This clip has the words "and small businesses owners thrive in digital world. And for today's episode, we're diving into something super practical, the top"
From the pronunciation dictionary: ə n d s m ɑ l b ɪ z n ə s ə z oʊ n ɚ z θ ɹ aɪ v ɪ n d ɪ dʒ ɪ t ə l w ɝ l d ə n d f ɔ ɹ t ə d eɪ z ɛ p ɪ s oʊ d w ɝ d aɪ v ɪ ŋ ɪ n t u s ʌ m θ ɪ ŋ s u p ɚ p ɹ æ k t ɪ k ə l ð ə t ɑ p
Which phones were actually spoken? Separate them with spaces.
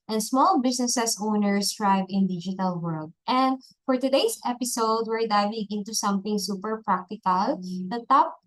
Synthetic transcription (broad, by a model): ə n s m ɑ l b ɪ s n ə s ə s oʊ n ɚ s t ɹ aɪ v ɪ n d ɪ dʒ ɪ t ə l w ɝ l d ə n d f ɔ ɹ t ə d eɪ s ɛ p ɪ s oʊ d w ɝ d aɪ v ɪ ŋ ɪ n t u s ʌ m θ ɪ ŋ s u p ɚ p ɹ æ k t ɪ k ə l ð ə t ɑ p